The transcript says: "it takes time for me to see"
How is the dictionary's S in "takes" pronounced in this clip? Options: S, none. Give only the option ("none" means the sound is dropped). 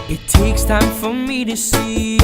S